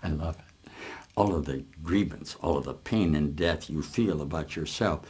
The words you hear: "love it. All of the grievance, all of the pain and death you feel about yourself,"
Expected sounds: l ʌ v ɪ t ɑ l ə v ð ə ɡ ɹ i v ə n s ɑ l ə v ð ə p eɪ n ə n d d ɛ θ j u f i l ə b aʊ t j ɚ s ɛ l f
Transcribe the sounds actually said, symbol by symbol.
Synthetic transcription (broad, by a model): l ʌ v ɪ t ɑ l ə v ð ə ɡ ɹ i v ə n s ɑ l ə v ð ə p eɪ n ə n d d ɛ θ j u f i l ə b aʊ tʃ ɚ s ɛ l f